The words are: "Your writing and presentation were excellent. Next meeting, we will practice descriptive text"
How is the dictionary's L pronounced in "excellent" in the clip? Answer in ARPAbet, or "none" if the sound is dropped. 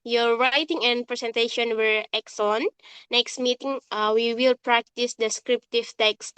none